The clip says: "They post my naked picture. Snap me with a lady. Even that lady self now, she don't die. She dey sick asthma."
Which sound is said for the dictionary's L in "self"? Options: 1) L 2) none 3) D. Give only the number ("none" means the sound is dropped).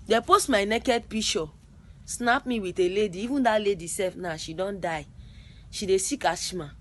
2